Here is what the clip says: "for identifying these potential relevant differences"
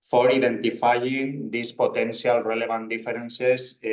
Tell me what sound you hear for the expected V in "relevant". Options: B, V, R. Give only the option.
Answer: B